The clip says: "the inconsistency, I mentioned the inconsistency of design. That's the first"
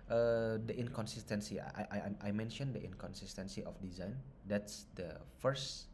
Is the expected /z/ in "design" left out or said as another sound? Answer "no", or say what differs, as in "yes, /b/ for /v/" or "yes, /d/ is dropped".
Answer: no